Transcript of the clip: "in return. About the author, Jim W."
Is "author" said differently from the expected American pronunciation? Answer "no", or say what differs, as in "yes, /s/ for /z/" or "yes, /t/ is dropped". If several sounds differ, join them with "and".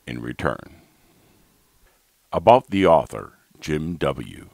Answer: no